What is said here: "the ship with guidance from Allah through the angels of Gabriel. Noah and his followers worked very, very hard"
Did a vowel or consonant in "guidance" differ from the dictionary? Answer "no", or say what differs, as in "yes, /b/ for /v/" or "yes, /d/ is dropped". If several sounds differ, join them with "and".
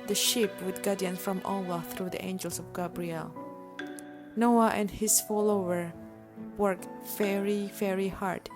yes, /s/ is dropped